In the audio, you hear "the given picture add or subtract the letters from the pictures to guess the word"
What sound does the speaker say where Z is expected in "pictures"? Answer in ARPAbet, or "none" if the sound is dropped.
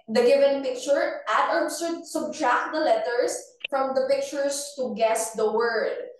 S